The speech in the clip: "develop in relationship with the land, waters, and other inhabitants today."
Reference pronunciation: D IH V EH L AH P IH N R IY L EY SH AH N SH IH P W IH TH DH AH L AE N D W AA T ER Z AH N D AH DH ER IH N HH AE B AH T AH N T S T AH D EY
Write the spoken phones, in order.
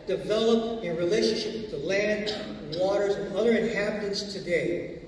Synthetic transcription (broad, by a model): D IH V EH L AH P IH N R IY L EY SH AH N SH IH P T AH L AE N D W AA T ER Z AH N AH DH ER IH N HH AE B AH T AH N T S T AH D EY